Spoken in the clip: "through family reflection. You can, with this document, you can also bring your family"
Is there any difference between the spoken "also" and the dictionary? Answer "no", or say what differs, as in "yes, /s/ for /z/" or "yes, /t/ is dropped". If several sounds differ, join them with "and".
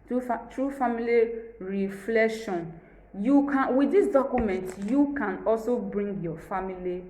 no